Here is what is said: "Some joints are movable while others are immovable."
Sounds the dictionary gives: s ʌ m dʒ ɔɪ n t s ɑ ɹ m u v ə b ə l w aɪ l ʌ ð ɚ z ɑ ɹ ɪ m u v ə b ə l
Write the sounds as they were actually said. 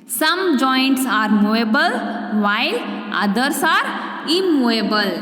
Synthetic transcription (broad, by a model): s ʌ m dʒ ɔɪ n t s ɑ ɹ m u ə b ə l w aɪ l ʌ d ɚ s ɑ ɹ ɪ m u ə b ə l